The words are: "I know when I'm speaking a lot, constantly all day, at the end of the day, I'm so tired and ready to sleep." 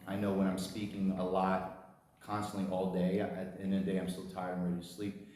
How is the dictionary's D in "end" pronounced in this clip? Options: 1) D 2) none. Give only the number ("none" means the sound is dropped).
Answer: 2